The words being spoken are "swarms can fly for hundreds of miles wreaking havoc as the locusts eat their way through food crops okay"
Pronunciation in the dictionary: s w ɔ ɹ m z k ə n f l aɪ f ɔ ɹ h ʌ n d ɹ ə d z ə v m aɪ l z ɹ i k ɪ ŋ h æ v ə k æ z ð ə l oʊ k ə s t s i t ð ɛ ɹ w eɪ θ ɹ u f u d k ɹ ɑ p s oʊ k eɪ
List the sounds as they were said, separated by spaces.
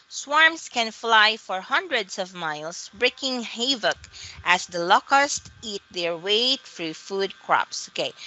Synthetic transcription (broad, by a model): s w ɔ ɹ m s k ə n f l aɪ f ɔ ɹ h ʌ n d ɹ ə d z ə v m aɪ l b ɹ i k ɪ ŋ h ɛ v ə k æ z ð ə l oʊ k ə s t i t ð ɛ ɹ w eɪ f ɹ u f u d k ɹ ɑ p s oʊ k eɪ